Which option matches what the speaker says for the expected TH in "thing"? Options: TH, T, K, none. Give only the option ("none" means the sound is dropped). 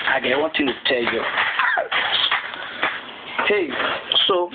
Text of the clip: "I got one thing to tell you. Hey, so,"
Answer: T